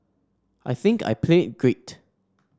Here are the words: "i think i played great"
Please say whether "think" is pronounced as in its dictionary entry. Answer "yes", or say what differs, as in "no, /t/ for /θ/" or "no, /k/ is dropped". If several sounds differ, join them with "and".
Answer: yes